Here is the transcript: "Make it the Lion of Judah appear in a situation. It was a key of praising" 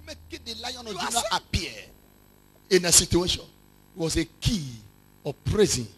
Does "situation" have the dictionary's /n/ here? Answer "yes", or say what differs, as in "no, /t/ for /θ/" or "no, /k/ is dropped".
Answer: no, /n/ is dropped